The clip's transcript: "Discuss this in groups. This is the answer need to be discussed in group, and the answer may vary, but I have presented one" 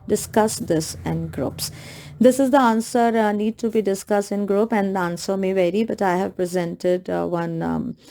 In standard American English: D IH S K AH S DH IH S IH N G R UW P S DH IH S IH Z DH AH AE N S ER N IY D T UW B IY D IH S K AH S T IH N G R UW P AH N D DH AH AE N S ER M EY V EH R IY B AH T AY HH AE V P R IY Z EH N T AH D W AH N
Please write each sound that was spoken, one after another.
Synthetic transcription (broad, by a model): D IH S K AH S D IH S IH N G R UW P S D IH S IH Z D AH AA N S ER N IY D T UW B IY D IH S K AH S T IH N G R UW P AH N D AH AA N S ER M EY V EH R IY B AH T AY HH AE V P R IY Z EH N T AH D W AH N